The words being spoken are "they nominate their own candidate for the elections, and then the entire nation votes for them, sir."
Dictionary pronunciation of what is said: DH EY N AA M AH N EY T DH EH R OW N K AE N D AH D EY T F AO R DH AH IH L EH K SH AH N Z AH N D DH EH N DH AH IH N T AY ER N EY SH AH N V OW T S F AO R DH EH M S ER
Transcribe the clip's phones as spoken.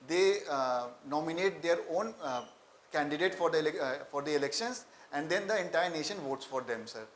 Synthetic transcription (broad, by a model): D EY N AA M AH N EY T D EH R OW N K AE N D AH D EY T F AO R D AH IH L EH K SH AH N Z AH N D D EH N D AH IH N T AY ER N EY SH AH N V OW T S F AO R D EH M S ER